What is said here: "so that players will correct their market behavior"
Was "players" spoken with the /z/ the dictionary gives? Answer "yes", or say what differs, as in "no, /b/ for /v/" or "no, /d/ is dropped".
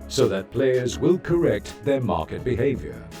yes